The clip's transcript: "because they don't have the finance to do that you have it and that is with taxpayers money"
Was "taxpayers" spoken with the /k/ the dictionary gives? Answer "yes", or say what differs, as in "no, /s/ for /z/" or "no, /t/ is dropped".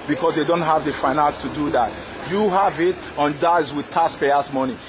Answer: no, /k/ is dropped